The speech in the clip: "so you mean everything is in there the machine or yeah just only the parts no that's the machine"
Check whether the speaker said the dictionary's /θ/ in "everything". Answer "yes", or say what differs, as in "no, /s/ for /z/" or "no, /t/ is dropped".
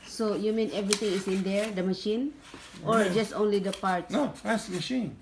no, /t/ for /θ/